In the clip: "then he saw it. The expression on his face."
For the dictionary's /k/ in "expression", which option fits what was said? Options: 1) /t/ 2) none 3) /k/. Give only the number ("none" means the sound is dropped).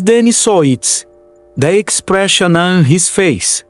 3